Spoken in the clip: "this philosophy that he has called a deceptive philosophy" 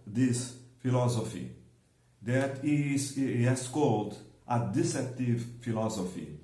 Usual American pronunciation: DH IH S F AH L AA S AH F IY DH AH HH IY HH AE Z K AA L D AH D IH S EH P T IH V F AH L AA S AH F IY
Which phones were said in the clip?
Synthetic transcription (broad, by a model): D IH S F AH L AA S AH F IY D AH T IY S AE S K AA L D AH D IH S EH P T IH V F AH L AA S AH F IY